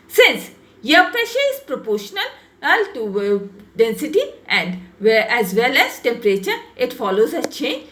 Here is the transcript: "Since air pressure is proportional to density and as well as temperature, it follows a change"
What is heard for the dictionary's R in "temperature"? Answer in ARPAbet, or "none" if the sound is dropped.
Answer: R